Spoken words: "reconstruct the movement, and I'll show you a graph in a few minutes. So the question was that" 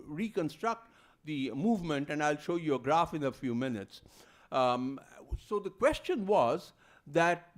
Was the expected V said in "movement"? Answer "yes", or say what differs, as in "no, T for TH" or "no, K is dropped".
yes